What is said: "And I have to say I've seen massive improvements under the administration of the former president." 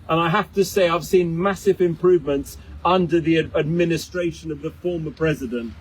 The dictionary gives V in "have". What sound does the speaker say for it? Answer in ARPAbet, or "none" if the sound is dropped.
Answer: F